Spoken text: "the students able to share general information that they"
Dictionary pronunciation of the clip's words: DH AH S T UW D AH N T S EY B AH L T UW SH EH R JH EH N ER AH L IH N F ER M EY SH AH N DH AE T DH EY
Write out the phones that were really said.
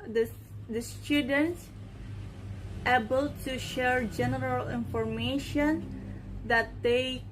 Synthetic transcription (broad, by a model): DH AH S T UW D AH N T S EY B AH L T UW SH EH R JH EH N ER AH L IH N F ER M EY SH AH N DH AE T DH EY